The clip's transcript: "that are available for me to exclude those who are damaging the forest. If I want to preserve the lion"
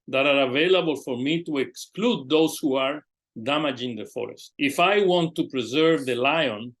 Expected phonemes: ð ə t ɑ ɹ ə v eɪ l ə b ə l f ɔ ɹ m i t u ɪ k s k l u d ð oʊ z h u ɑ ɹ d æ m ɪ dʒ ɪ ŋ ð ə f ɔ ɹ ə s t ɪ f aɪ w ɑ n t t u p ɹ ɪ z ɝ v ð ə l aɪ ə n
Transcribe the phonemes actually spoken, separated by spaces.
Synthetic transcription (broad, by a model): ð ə t ɑ ɹ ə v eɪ l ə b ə l f ɔ ɹ m i t u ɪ k s k l u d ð oʊ s h u ɑ ɹ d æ m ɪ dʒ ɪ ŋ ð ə f ɔ ɹ ə s t ɪ f aɪ w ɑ n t t u p ɹ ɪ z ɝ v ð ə l aɪ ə n